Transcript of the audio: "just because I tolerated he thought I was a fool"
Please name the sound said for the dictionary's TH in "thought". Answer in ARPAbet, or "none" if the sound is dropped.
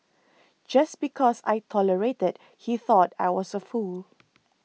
TH